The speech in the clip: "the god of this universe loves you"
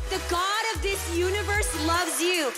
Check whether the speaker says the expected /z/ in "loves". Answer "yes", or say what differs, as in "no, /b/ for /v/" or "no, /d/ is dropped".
yes